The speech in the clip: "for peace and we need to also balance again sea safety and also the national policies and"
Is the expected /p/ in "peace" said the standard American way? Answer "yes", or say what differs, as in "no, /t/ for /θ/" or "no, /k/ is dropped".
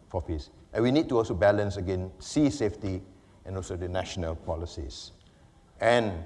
no, /f/ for /p/